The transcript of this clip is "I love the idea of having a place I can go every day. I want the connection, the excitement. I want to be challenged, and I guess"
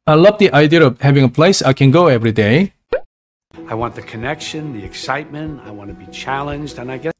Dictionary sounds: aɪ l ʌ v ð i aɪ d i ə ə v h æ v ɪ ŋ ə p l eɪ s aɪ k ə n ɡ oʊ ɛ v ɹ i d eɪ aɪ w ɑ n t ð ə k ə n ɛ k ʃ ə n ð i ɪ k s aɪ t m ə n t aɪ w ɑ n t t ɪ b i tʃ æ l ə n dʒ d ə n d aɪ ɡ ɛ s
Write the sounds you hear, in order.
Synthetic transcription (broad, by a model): aɪ l ʌ v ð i aɪ d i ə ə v h æ v ɪ ŋ ə p l eɪ s aɪ k ə n ɡ oʊ ɛ v ɹ i d eɪ aɪ w ɑ n ð ə k ə n ɛ k ʃ ə n ð i ɪ k s aɪ t m ə n t aɪ w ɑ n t t ɪ b i tʃ æ l ə n dʒ d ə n aɪ ɡ ɛ